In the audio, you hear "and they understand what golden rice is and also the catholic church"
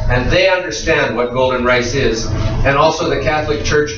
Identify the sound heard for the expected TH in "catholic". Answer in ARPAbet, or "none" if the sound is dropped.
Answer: TH